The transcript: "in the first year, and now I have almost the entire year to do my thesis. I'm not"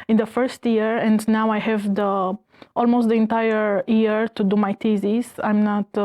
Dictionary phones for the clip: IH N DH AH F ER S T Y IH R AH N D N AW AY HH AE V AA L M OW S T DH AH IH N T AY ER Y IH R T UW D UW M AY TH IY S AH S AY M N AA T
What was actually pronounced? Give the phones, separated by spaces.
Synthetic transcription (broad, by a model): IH N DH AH F ER S T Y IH R AH N D N AW AY HH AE V AA L M OW S T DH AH IH N T AY ER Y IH R T UW D UW M AY T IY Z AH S AY M N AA T